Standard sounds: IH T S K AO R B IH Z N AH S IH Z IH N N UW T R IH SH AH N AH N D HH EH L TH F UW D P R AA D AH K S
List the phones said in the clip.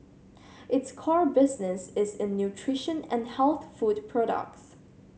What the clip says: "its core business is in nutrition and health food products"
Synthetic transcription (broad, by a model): IH T S K AO R B IH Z N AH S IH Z IH N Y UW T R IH SH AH N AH N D HH EH L TH F UW D P R AA D AH K S